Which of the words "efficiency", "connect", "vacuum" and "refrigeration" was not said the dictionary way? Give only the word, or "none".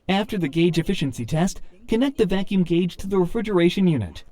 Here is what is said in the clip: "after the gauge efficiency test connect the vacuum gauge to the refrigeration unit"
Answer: none